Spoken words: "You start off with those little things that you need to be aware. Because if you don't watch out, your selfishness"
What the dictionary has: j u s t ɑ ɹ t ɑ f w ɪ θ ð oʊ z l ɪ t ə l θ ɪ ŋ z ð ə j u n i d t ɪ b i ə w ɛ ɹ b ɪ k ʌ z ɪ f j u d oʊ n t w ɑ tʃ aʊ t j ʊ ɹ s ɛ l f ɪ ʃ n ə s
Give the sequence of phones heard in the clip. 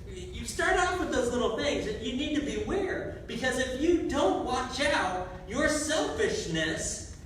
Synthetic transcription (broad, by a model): j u s t ɑ ɹ t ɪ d w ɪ ð oʊ z l ɪ t l θ ɪ ŋ z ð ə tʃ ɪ n i d t ɪ b i ə w ɛ ɹ b ɪ k ʌ z ɪ f j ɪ d oʊ n t w ɑ tʃ aʊ t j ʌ ɹ s ɛ l f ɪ ʃ n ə s